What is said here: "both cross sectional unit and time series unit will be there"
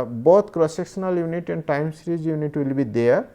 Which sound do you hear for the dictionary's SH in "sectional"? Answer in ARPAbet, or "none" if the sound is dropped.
S